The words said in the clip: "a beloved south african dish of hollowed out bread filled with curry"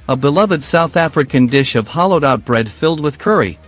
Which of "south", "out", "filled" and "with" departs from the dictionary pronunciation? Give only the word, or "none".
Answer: none